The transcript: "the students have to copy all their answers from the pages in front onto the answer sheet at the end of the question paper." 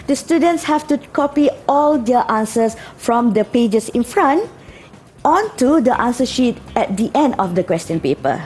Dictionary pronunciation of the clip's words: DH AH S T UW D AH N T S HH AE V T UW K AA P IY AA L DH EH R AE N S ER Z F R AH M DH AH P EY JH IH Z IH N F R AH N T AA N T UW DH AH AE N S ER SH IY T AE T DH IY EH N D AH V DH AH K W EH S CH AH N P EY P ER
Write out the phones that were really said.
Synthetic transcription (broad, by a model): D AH S T UW D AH N T S HH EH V T UW K AA P IY AA L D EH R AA N S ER S F R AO M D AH P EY JH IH S IH N F R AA N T AA N T UW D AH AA N S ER SH IY T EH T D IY EH N D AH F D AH K W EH S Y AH N P EY P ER